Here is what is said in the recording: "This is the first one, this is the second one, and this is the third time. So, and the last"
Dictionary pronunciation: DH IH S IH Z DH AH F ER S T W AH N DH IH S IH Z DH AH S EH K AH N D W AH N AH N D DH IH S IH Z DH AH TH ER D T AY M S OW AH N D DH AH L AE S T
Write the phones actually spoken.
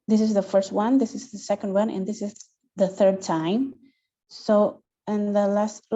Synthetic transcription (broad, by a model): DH IH S IH Z DH AH F ER S T W AH N DH IH S IH Z DH AH S EH K AH N D W AH N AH N DH IH S IH Z DH AH TH ER D T AY M S OW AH N DH AH L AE S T